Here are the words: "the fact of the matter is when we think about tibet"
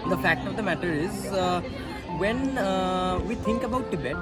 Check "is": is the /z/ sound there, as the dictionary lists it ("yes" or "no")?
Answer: yes